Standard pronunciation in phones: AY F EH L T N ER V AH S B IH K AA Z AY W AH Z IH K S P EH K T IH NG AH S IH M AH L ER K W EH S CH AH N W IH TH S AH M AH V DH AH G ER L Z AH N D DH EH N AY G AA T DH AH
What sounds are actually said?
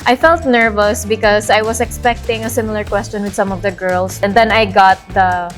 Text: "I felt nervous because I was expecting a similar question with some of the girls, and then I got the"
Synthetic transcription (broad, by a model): AY F EH L T N ER V AH S B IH K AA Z AY W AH S IH K S P EH K T IH NG AH S IH M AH L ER K W EH S CH AH N W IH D S AH M AH V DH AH G ER L S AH N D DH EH N AY G AA T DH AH